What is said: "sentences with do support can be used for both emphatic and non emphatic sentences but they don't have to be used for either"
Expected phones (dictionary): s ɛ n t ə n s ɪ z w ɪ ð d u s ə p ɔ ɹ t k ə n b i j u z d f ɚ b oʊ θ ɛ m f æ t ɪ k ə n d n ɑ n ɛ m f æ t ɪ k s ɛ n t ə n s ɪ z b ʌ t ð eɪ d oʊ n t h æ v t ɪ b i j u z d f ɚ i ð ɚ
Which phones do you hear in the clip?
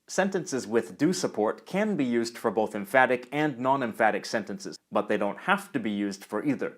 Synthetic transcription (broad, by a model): s ɛ n t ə n s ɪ z w ɪ ð d u s ə p ɔ ɹ t k ə n b i j u z d f ɚ b oʊ θ ɛ m f æ t ɪ k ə n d n ɑ n ɛ m f æ t ɪ k s ɛ n t ə n s ɪ z b ʌ t ð eɪ d oʊ n t h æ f t ɪ b i j u z d f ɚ i ð ɚ